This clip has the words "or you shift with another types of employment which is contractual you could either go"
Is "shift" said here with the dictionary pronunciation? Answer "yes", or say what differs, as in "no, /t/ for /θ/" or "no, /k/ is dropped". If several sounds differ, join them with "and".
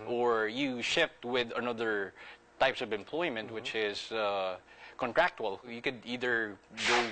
yes